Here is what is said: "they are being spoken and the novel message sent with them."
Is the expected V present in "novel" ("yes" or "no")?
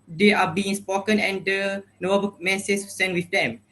no